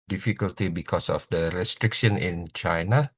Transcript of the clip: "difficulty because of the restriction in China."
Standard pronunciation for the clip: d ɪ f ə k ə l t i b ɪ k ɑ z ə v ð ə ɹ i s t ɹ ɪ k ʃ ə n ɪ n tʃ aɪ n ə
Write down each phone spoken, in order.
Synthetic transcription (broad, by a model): d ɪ f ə k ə l t i b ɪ k ɑ s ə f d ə ɹ i s t ɹ ɪ k ʃ ə n ɪ n tʃ aɪ n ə